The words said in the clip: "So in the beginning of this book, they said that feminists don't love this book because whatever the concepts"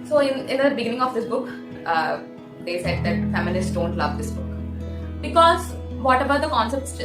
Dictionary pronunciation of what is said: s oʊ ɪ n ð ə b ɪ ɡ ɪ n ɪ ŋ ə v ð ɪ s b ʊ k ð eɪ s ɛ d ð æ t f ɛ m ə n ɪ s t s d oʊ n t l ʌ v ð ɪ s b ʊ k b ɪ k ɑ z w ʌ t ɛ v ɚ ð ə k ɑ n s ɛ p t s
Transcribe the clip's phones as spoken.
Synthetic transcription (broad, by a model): s oʊ ɪ n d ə b ɪ ɡ ɪ n ɪ ŋ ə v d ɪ s b ʊ k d eɪ s ɛ d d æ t f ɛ m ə l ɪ s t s d oʊ n t l ʌ v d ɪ s b ʊ k b ɪ k ɑ z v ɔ t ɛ b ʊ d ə k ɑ n s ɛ p t s